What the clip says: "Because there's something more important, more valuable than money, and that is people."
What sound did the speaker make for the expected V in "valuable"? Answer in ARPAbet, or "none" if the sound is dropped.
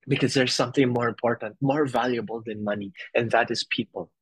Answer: V